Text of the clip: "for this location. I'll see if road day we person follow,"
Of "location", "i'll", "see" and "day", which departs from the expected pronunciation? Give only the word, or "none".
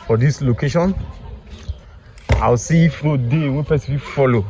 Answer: i'll